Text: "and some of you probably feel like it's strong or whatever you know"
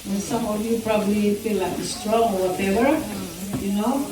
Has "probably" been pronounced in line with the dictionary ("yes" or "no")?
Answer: yes